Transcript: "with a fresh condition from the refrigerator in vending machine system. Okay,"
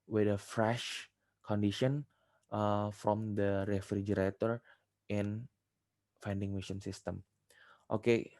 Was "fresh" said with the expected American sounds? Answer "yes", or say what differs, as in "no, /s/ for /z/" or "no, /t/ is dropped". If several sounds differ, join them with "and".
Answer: yes